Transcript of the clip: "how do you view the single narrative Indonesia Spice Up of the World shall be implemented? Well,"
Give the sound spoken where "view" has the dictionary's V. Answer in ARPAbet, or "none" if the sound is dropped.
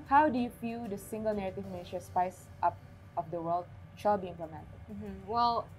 F